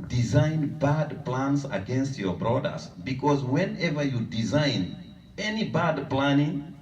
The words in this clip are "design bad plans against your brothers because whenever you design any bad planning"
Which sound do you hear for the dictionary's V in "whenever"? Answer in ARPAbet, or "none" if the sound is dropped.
V